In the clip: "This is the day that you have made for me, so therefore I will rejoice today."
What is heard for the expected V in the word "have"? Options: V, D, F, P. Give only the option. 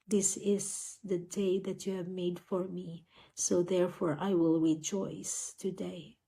V